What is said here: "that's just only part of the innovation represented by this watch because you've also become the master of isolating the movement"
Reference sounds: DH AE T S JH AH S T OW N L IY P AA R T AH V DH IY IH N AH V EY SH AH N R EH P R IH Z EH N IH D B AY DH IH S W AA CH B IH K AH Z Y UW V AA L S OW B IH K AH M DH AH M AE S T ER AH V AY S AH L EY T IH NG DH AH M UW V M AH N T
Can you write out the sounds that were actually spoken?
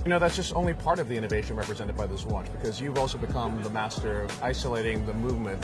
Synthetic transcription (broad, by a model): DH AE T S JH AH S T OW N L IY P AA R T AH V DH IY IH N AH V EY SH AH N R EH P R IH Z EH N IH D B AY DH IH S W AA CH B IH K AH Z Y UW V AA L S OW B IH K AH M DH AH M AE S T ER AH V AY S AH L EY T IH NG DH AH M UW V M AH N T